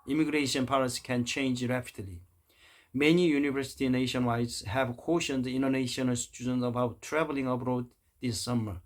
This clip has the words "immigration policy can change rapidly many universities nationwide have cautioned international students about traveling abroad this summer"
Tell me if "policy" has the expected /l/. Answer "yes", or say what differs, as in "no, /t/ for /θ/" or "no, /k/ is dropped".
no, /w/ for /l/